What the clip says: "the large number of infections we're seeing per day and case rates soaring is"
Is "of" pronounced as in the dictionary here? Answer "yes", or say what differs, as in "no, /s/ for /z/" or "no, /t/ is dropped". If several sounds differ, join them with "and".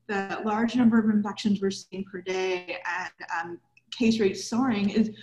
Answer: yes